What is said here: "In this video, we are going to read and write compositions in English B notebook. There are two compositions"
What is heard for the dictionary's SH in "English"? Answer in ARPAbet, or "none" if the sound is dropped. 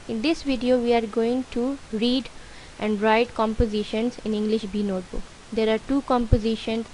SH